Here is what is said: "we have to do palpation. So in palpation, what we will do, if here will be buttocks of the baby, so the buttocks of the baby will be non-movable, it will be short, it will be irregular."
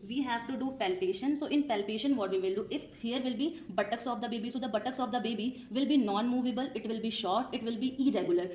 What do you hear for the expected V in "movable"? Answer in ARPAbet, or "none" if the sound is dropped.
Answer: V